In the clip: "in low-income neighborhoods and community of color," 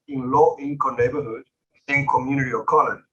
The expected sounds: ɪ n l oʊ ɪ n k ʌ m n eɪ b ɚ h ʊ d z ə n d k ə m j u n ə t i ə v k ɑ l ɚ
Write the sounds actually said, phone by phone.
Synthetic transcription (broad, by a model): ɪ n l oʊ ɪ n k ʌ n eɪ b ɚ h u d ə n k ə m j u n ə t i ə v k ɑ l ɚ